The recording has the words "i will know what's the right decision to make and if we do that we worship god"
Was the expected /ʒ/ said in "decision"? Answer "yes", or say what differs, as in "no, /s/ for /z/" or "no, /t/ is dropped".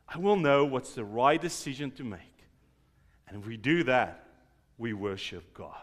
yes